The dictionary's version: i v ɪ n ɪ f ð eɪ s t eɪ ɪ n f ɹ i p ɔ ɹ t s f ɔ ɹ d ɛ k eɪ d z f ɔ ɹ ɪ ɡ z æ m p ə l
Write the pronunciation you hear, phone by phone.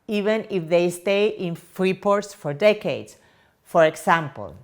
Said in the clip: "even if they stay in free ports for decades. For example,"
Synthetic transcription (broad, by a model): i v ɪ n ɪ f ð eɪ s t eɪ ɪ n f ɹ i p ɔ ɹ t s f ɔ ɹ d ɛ k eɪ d s f ɔ ɹ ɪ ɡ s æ m p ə l